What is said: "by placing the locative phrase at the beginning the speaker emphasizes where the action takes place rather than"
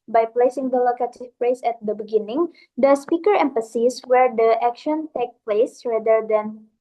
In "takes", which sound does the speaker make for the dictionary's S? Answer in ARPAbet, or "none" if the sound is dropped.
none